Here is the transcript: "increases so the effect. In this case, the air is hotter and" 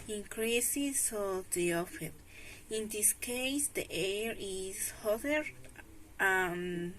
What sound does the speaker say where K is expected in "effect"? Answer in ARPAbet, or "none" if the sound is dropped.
none